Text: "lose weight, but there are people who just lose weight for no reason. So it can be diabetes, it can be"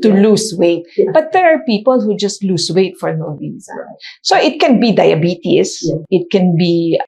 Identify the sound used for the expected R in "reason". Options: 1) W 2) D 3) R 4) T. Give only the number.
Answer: 1